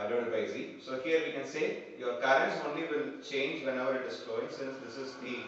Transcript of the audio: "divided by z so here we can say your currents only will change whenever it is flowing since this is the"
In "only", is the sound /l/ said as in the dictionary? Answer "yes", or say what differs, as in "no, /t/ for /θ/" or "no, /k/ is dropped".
yes